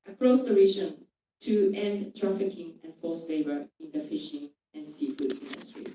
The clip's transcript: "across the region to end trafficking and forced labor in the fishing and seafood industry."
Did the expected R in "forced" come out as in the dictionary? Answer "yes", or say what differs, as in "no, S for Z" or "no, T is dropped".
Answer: no, L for R